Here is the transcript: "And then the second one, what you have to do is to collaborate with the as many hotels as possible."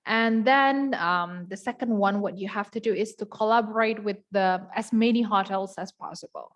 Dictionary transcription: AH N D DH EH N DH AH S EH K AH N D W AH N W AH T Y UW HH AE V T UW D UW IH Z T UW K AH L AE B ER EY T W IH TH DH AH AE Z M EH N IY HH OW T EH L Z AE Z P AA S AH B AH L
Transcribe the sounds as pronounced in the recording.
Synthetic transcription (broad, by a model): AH N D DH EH N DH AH S EH K AH N D W AH N W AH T Y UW HH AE F T UW D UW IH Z T UW K AH L AE B ER EY T W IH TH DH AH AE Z M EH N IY HH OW T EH L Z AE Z P AA S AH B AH L